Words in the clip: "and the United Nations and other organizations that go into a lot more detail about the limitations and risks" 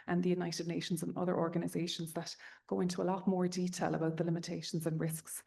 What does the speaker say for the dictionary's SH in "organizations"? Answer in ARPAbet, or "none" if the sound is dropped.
SH